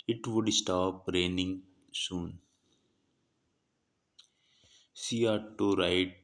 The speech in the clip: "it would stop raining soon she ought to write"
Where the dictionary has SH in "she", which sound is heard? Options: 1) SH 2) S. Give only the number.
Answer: 2